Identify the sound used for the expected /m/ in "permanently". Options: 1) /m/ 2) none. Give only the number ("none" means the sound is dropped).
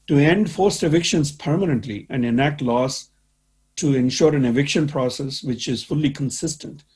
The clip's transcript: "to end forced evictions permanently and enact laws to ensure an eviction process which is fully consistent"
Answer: 1